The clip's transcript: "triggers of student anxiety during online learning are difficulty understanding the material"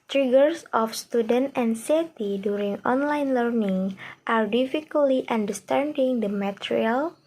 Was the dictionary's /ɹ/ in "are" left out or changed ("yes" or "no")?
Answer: no